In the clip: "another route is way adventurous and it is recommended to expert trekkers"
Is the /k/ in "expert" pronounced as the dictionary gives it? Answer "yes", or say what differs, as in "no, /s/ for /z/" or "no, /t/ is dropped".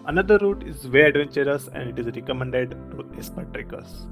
no, /k/ is dropped